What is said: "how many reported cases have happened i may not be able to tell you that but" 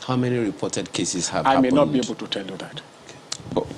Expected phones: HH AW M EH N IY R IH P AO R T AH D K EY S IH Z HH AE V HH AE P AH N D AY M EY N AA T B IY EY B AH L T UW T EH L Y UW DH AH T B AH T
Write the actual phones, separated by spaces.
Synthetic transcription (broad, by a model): HH AW M EH N IY R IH P AO T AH D K EY S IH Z HH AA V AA AH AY M EY N AA T B IY EY B AH L T UW T EH L Y UW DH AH T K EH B